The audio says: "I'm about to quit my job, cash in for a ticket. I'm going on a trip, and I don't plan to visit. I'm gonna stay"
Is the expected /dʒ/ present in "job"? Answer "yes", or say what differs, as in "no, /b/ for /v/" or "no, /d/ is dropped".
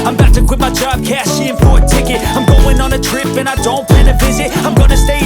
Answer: no, /tʃ/ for /dʒ/